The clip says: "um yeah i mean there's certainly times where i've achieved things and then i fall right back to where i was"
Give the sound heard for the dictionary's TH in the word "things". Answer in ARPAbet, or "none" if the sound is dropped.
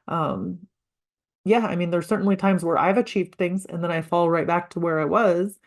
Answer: TH